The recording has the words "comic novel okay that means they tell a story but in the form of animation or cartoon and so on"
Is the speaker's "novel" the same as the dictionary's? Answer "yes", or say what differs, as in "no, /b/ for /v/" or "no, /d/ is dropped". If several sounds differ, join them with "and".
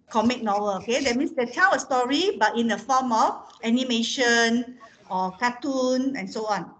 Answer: no, /w/ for /v/